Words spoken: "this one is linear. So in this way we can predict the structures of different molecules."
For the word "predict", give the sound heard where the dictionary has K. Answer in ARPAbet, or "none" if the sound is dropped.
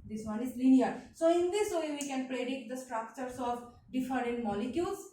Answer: K